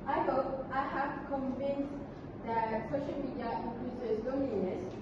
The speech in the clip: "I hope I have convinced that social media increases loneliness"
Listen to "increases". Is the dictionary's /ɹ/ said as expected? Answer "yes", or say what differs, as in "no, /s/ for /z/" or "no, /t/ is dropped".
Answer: no, /l/ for /ɹ/